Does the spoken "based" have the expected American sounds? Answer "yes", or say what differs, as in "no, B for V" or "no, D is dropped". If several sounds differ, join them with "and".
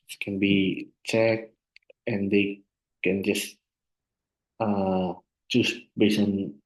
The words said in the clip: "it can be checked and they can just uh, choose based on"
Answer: no, T is dropped